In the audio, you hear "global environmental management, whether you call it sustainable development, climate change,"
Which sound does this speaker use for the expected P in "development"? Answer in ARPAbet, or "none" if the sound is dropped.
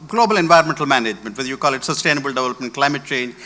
P